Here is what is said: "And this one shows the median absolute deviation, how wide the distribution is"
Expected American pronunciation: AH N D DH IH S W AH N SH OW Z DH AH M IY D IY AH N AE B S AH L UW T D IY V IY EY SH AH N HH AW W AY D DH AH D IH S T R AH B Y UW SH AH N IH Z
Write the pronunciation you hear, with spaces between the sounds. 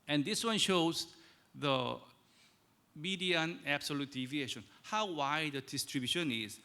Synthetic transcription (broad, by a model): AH N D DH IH S W AH N SH OW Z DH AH M IY D IY AH N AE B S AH L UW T D IY V IY EY SH AH N HH AW W AY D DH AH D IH S T R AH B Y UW SH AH N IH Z